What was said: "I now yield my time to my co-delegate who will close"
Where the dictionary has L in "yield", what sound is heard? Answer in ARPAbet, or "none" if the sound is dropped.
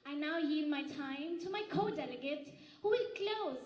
none